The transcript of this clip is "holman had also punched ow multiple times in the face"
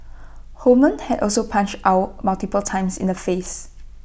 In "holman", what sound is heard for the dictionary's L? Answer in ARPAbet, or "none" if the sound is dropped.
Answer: none